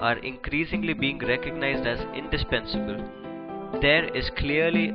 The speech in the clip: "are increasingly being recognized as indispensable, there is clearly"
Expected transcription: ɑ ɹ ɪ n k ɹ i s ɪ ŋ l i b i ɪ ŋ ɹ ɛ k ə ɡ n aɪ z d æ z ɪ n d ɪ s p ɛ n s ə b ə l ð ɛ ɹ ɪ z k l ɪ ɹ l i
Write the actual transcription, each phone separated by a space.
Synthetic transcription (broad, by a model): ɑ ɹ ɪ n k ɹ i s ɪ ŋ l i b i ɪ ŋ ɹ ɛ k ə ɡ n aɪ z d æ z ɪ n d ɪ s p ɛ n s ə b ə l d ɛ ɹ ɪ z k l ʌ ɹ l i